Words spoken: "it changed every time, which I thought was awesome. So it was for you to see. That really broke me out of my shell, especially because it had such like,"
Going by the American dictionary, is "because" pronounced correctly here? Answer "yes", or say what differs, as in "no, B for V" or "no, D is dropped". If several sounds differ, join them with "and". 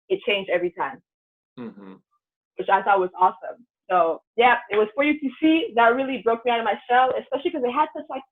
no, Z is dropped